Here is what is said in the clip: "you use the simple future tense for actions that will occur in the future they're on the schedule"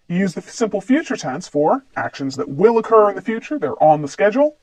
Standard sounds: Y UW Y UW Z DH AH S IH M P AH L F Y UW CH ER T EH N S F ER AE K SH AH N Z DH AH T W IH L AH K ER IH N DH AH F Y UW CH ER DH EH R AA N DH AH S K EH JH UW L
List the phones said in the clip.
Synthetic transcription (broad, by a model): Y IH Y UW Z DH AH S IH M P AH L F Y UW CH ER T EH N S F ER AE K SH AH N Z DH AH T W IH L AH K ER IH N DH AH F Y UW CH ER DH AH R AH N DH AH S K EH JH L